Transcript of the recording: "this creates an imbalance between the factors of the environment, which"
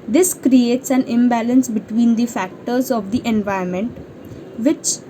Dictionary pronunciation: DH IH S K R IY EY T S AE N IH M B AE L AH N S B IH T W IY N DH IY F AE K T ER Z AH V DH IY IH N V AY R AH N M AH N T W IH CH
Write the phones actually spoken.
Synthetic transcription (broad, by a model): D IH S K R IY EY T S AE N IH M B AE L AH N S B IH T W IY N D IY F AE K T ER Z AH V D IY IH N V AY AH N M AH N T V IH CH